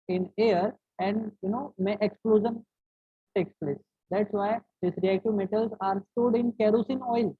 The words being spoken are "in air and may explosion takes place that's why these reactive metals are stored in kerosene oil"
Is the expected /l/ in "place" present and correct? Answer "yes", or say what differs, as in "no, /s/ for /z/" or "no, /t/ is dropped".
yes